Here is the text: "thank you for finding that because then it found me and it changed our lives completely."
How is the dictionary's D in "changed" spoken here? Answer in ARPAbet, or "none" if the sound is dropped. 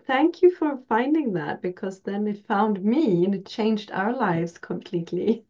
D